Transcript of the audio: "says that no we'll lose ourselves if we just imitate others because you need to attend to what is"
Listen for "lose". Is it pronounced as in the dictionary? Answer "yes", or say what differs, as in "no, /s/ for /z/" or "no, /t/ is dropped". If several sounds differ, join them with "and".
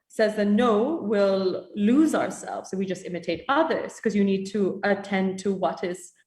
yes